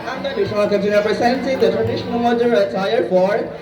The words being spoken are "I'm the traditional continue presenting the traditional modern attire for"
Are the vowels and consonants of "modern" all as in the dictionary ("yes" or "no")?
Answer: no